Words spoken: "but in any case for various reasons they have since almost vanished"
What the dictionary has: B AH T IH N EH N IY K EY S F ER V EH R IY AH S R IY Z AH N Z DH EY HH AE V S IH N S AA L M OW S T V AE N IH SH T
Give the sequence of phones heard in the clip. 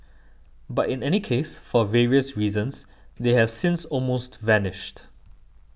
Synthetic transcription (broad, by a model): B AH T IH N EH N IY K EY S F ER V EH R IY AH S R IY Z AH N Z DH EY HH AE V S IH N S AA L M OW S T V AE N IH SH T